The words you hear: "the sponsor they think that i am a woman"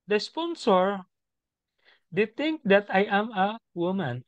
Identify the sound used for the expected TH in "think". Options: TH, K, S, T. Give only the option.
T